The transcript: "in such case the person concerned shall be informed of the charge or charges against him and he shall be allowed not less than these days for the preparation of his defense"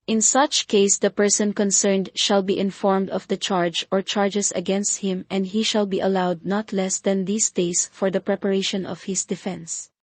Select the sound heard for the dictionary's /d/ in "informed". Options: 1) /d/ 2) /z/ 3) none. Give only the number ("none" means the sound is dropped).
1